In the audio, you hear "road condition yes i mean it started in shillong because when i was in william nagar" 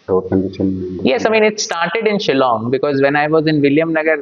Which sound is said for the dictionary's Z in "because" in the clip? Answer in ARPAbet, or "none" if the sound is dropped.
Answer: Z